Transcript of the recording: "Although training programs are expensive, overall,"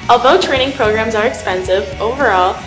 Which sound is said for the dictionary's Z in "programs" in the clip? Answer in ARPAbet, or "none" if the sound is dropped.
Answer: Z